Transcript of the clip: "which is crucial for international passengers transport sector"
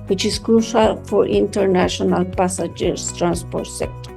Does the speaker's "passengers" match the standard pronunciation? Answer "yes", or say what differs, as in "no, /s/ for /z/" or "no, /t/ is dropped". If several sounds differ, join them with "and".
no, /n/ is dropped